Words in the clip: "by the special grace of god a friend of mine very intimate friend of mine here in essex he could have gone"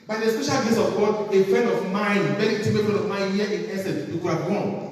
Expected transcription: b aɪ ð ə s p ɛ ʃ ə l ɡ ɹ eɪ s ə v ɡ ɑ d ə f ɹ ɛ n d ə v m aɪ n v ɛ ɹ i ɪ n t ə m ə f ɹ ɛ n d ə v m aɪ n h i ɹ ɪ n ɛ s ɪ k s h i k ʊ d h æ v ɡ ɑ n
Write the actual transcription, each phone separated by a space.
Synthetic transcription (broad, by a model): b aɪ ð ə s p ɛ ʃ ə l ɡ eɪ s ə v ɡ ɑ d ə f ɹ ɛ n d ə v m aɪ n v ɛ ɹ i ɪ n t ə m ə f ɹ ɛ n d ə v m aɪ n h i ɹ ɪ n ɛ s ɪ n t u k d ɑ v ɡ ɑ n